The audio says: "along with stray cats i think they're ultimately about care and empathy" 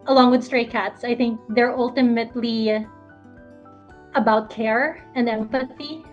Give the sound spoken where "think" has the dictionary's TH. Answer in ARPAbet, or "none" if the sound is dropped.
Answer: TH